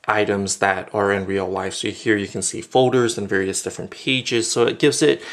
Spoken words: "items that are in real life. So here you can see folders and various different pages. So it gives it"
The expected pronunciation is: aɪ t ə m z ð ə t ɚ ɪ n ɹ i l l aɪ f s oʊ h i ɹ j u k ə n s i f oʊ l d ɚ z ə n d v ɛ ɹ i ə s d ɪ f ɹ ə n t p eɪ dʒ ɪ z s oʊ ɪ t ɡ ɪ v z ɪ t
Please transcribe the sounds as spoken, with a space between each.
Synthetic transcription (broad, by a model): aɪ t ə m z ð ə t ɚ ɪ n ɹ i l l aɪ f s oʊ h i ɹ j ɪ k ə n s i f oʊ l d ɚ z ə n v ɛ ɹ i ə s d ɪ f ɹ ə n p eɪ dʒ ɪ z s oʊ ɪ t ɡ ɪ v z ɪ t